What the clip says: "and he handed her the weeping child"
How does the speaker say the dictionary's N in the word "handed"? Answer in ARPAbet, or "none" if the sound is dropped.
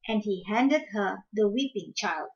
N